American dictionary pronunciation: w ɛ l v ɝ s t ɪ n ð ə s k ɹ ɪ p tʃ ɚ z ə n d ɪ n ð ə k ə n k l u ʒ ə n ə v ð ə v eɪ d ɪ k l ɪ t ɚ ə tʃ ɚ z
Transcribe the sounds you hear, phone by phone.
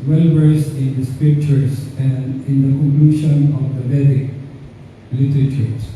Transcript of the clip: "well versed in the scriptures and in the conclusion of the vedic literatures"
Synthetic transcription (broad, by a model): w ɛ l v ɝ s ɪ n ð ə s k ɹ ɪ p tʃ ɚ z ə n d ɪ n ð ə k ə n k l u ʃ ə n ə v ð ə b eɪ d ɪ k l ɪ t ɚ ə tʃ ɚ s